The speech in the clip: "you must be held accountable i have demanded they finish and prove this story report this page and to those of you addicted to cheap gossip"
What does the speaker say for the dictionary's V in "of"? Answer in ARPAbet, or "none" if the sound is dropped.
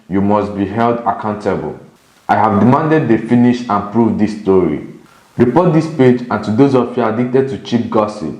F